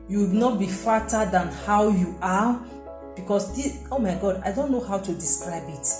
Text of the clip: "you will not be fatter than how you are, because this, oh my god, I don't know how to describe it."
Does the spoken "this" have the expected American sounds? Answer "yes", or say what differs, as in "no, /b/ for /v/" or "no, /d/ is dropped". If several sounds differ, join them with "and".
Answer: no, /s/ is dropped